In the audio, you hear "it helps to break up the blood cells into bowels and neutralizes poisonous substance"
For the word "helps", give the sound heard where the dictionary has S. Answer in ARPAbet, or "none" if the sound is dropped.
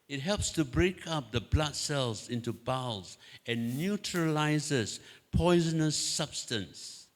S